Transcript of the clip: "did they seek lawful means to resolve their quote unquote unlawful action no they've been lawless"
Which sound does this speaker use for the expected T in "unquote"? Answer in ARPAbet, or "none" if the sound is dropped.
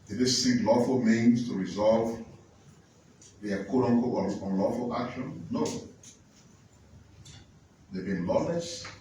none